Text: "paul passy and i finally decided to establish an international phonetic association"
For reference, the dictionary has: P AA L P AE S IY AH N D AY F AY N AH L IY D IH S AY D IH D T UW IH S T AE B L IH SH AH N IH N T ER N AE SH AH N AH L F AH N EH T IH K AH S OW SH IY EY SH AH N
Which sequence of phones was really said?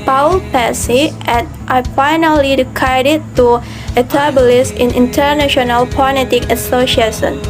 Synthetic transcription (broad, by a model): P AA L P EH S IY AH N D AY F AY N AH L IY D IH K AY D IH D T UW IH T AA B L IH S AH N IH N T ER N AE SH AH N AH L P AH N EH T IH K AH S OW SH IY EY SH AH N